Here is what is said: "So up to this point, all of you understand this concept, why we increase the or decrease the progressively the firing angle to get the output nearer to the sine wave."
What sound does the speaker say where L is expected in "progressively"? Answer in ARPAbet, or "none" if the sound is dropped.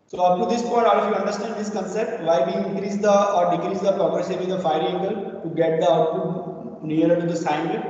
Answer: none